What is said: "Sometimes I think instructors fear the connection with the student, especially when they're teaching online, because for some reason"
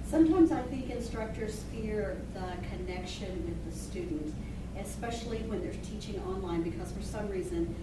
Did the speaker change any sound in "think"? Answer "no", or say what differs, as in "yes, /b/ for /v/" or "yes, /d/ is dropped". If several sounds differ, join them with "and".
no